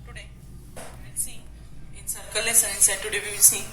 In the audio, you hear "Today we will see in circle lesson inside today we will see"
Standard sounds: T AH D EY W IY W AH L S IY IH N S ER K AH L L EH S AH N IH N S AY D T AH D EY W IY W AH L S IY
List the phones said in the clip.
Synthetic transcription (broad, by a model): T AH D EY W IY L S IY IH N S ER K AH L L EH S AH IH N S AY D T AH D EY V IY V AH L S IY